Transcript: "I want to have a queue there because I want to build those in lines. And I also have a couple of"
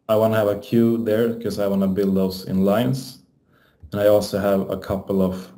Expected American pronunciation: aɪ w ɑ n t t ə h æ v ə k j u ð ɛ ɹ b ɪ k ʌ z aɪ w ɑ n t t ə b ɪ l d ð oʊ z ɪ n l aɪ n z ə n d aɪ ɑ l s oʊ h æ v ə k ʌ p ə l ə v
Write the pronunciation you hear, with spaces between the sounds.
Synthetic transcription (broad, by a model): aɪ w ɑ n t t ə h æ v ə k j u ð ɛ ɹ k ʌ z aɪ w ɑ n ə b ɪ l d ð oʊ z ɪ n l aɪ n s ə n aɪ ɑ l s oʊ h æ v ə k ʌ p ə l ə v